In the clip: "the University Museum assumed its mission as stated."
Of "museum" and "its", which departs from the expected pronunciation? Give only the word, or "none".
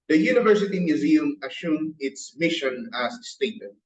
none